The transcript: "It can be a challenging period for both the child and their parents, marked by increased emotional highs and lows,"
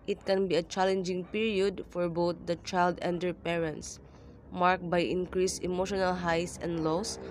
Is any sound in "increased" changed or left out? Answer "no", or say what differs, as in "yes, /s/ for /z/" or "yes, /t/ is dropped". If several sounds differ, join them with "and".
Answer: yes, /t/ is dropped